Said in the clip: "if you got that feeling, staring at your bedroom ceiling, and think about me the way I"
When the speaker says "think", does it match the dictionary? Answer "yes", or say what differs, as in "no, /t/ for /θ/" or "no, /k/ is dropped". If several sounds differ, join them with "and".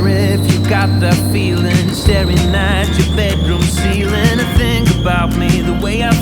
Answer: no, /k/ is dropped